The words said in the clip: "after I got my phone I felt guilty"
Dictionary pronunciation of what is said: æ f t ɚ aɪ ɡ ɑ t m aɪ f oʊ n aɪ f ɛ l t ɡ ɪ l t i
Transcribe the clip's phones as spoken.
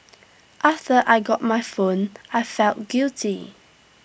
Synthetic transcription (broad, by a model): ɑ f t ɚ aɪ ɡ ɑ t m aɪ f oʊ n aɪ f ɛ l t ɡ ɪ l t i